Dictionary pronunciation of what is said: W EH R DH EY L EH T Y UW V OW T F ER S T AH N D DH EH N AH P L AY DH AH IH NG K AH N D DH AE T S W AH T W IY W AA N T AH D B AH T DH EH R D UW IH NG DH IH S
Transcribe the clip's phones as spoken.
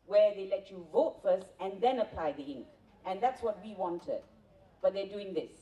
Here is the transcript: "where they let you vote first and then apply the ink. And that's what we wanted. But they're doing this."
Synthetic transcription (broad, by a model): W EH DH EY L EH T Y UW V OW T F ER S T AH N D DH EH N AH P L AY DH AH IH NG K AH N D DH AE T S W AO T W IY W AA N T AH D B AH T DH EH D UW IH NG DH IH S